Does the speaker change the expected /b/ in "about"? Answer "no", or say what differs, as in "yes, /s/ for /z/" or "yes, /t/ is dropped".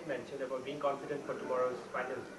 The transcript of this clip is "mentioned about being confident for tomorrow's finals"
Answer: yes, /b/ is dropped